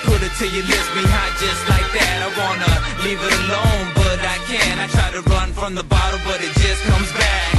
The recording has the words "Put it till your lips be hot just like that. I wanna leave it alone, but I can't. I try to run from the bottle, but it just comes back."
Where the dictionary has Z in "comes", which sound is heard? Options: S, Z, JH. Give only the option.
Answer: Z